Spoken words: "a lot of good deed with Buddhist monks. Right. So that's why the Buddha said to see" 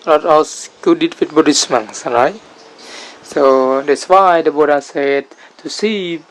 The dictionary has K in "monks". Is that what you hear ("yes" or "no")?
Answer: no